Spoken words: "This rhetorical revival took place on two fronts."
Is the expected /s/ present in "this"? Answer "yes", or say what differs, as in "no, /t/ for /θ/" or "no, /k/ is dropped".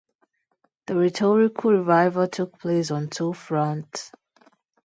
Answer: no, /s/ is dropped